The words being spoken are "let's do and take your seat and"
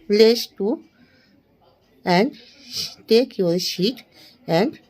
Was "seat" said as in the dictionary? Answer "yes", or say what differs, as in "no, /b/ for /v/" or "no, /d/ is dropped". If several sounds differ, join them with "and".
no, /ʃ/ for /s/